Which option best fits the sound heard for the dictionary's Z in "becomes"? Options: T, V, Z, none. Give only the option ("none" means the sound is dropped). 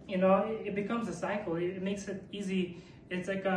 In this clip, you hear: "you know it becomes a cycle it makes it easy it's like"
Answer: Z